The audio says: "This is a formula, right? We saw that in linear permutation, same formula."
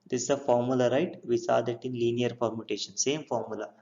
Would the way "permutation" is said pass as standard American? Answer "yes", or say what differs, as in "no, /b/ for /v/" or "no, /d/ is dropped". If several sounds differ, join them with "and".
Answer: no, /f/ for /p/